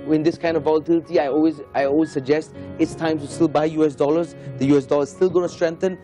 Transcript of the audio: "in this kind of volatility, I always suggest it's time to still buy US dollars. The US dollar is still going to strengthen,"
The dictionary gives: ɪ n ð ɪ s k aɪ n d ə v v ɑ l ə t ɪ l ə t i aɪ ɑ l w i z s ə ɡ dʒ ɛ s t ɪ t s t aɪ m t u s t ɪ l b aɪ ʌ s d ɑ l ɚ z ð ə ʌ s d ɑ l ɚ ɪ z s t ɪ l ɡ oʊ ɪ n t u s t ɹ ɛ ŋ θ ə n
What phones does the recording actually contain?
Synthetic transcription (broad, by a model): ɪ n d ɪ s k aɪ n d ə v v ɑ l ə t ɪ l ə t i aɪ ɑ l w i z s ə ɡ dʒ ɛ s t ɪ t s t aɪ m t u s t ɪ l b aɪ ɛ s d ɑ l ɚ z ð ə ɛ s d ɑ l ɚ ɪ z s t ɪ l ɡ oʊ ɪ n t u s t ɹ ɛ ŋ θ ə n